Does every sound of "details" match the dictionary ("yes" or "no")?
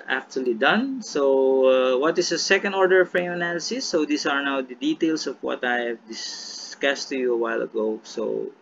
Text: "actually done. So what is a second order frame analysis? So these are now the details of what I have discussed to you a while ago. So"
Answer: no